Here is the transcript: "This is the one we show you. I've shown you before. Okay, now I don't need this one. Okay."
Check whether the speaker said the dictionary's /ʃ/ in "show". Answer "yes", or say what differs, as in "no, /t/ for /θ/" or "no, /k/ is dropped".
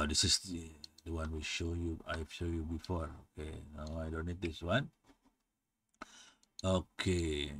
yes